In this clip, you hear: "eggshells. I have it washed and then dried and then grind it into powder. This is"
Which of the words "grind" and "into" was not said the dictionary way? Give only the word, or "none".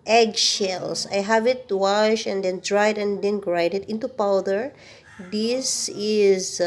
grind